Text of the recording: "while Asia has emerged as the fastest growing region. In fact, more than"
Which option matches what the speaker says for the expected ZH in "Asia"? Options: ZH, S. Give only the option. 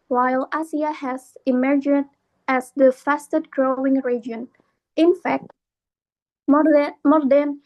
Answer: S